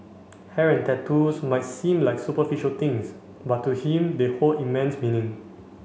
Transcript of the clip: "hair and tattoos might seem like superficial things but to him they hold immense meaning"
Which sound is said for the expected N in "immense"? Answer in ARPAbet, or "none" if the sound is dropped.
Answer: N